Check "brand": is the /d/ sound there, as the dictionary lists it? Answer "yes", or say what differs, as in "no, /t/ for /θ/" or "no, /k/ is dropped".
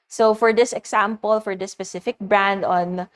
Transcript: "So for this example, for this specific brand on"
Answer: yes